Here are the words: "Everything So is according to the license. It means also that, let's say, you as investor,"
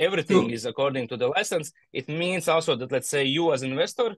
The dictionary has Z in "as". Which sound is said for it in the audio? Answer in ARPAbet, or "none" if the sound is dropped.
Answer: Z